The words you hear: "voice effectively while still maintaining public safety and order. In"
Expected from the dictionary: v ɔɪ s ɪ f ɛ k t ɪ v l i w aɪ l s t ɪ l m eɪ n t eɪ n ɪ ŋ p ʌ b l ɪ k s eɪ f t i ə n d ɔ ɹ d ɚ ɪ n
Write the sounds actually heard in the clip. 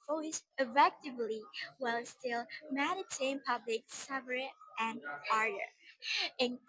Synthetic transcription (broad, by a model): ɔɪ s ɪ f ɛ k t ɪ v l i w aɪ l s t ɪ l m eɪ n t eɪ ɪ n p ʌ b l ɪ k s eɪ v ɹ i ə n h ɔ ɹ d ɚ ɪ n